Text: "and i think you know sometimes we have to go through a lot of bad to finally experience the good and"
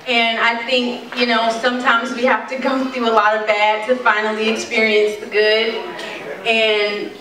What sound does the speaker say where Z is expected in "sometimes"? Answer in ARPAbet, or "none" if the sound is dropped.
Z